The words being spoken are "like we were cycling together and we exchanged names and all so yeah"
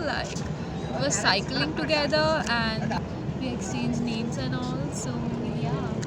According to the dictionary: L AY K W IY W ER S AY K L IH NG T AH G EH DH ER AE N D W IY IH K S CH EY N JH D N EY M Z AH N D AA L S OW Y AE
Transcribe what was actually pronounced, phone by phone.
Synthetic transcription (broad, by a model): L AY K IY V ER S AY K L IH NG T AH G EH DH ER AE N D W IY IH K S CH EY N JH N EY M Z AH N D AA L S OW Y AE